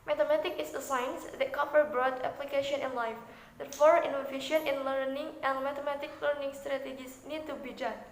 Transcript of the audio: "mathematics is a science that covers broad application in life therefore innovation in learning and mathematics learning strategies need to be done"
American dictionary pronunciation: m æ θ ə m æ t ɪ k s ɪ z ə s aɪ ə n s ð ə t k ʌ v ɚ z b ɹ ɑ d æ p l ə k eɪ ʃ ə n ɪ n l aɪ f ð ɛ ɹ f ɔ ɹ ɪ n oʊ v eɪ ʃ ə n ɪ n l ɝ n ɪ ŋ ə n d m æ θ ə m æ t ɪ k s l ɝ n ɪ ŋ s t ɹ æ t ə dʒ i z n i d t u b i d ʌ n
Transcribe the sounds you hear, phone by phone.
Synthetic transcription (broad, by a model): m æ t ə m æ t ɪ k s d ə s aɪ n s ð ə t k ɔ p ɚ b ɹ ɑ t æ p l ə k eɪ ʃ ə n ɪ n l aɪ f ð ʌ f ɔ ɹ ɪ n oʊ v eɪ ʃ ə n ɪ n l ɝ n ɪ ŋ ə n m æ t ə m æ t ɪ k l ɝ n ɪ ŋ s t ɹ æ t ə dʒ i s n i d t u b i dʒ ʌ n